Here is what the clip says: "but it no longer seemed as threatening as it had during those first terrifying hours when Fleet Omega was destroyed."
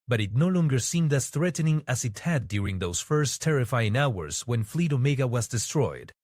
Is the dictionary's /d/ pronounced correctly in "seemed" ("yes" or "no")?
yes